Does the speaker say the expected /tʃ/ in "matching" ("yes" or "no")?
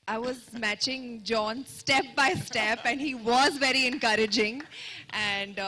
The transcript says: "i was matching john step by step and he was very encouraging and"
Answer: yes